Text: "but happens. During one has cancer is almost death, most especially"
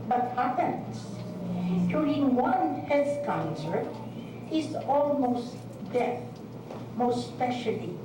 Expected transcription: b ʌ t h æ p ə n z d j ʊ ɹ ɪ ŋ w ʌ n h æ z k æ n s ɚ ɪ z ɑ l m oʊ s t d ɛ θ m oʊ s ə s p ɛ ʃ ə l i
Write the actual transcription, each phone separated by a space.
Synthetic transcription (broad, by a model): b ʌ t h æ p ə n s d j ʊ ɹ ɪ ŋ w ʌ n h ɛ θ k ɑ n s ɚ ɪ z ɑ l m oʊ s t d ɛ m oʊ ə s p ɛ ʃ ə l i